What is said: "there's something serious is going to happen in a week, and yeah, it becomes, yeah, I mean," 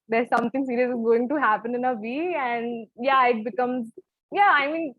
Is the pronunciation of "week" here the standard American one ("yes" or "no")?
no